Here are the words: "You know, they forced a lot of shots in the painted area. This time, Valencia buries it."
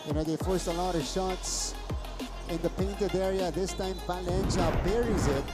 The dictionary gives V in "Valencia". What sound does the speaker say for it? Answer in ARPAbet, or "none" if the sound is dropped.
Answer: F